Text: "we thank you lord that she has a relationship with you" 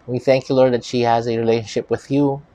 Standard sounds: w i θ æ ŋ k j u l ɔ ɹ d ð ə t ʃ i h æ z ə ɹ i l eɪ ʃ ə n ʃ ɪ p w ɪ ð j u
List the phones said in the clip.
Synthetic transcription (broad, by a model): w i θ æ ŋ k j u l ɔ ɹ d ð ə t ʃ i h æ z ə ɹ i l eɪ ʃ ə n ʃ ɪ p w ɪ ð j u